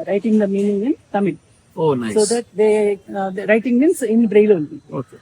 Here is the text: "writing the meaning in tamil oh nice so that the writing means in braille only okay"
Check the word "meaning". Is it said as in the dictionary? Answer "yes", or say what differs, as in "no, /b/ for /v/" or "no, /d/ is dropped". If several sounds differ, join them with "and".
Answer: yes